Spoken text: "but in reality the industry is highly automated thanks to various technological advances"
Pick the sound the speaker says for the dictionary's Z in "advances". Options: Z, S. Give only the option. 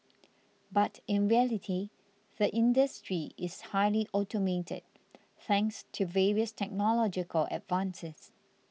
S